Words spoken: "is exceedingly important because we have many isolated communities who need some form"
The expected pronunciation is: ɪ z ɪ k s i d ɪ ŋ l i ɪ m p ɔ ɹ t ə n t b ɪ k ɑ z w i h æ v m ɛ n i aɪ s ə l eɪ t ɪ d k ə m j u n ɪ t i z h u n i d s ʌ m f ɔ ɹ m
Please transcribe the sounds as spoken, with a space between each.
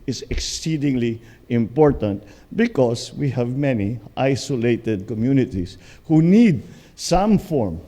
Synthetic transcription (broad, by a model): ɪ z ɪ k s i d ɪ ŋ l i ɪ m p ɔ ɹ t ə n t b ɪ k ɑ s w i h æ v m ɛ n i aɪ s ə l eɪ t ɪ d k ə m j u n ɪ t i s h u n i d s ʌ m f ɔ ɹ m